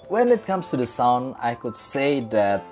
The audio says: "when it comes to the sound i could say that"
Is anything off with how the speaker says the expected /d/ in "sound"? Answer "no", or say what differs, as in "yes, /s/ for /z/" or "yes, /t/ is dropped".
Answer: no